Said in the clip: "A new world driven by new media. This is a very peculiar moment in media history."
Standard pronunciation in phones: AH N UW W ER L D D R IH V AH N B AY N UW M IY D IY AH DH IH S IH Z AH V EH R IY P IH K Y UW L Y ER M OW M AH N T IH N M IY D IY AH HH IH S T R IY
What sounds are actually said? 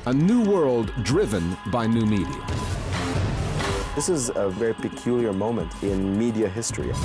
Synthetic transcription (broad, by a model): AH N UW W ER L D D R IH V AH N B AY N UW M IY D IY AH DH IH S IH Z AH V EH R IY P IH K Y UW L Y ER M OW M AH N T IH N M IY D IY AH HH IH S T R IY